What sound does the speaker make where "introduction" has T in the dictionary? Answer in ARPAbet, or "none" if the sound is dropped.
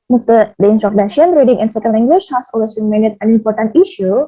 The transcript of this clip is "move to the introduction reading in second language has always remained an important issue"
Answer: S